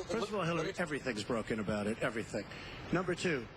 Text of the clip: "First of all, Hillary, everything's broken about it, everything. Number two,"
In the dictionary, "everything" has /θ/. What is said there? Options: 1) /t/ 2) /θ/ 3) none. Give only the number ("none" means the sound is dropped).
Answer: 2